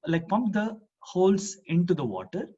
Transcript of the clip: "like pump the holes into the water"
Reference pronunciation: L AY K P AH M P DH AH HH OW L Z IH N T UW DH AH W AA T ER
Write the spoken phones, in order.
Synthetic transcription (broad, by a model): L AY K P AH M P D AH HH OW L S IH N T UW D AH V AA T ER